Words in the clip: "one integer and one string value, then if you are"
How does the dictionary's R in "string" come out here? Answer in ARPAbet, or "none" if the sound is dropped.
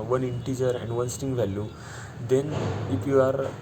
none